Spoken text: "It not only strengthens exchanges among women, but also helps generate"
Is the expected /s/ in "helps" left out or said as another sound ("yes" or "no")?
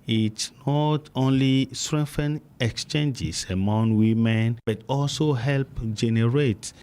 yes